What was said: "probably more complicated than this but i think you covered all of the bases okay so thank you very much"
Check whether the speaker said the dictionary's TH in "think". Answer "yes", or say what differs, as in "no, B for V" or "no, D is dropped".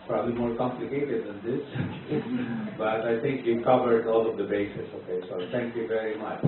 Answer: no, T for TH